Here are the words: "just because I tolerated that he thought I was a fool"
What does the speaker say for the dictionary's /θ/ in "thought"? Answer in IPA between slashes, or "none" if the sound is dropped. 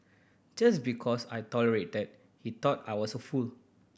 /t/